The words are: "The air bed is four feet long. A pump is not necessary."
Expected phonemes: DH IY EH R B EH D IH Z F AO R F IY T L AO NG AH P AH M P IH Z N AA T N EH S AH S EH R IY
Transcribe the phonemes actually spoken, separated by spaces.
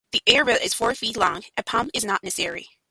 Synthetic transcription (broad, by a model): DH IY EH R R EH IH Z F AO R F IY T L AO NG AH P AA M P IH Z N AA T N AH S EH R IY